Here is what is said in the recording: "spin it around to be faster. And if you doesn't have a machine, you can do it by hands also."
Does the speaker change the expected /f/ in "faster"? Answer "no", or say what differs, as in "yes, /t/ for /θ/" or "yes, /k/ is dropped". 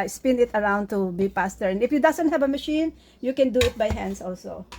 yes, /p/ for /f/